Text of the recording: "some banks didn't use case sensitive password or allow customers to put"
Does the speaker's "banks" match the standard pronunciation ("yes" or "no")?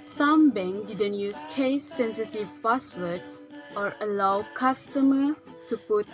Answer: no